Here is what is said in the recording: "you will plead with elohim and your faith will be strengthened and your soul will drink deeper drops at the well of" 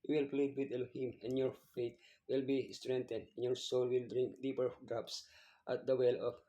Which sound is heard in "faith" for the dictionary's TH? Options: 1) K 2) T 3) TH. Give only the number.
2